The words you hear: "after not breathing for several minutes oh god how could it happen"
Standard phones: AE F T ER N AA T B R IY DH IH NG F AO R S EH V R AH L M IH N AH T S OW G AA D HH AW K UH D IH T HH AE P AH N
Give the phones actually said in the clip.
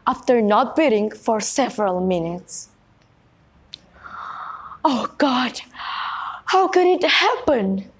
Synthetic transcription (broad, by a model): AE F T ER N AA T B IY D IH NG F AO R S EH V R AH L M IH N AH T S OW G AA D HH AW K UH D IH T HH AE P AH N